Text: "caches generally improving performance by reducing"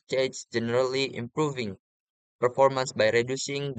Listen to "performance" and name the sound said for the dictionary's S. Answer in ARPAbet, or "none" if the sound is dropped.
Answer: S